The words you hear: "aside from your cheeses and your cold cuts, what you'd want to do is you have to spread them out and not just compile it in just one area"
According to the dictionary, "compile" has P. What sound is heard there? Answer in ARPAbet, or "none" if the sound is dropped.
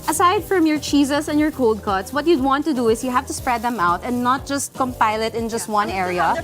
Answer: P